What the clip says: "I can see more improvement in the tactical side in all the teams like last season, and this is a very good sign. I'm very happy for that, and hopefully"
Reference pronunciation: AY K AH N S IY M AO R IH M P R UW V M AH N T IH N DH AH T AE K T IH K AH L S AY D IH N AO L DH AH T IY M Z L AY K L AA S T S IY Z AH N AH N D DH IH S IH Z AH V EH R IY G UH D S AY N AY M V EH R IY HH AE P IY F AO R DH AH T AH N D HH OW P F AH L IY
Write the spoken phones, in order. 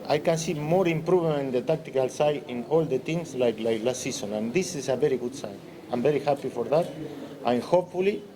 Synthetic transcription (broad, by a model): AY K AH N S IY M AO R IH M P R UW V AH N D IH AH T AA K T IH K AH L S AY IH N AO L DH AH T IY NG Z L AY K L AA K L S IY S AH N AH N D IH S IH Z AH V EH R IY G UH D S AY N AY M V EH R IY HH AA P IY F AO R DH AH T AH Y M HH OW P F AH L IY